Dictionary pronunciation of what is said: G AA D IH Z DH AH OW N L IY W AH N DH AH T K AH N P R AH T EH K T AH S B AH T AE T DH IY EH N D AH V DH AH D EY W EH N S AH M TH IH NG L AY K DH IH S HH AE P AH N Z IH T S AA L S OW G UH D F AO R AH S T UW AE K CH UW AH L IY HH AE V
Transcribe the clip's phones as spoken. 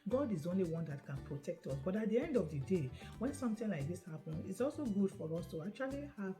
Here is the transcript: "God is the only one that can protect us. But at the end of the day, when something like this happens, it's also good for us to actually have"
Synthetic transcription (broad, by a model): G AA D IH Z OW N L IY W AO N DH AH T K AH N P R AH T EH K T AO S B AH T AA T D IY EH N D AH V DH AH D EY W EH N S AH M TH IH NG L AY K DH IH S HH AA P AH N IH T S AA L S OW G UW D F AO R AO S T UW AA K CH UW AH L IY HH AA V